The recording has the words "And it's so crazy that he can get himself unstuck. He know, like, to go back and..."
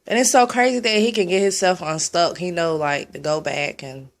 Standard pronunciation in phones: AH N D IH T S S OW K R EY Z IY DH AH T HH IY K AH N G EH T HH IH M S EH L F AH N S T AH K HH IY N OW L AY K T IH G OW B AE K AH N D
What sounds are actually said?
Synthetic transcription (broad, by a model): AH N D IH T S S OW K R EY Z IY DH AH T HH IY K AH N G EH T HH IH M S EH L F N S T AH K HH IY N OW L AY K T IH G OW B AE K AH N